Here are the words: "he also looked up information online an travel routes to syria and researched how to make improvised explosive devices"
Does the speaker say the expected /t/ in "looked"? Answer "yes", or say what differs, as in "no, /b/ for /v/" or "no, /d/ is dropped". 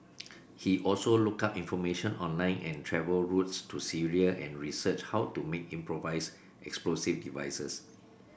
no, /t/ is dropped